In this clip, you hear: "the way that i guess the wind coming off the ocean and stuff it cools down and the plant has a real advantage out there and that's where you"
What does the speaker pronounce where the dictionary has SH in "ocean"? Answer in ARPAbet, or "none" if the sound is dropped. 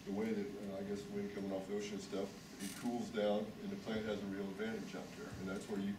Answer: SH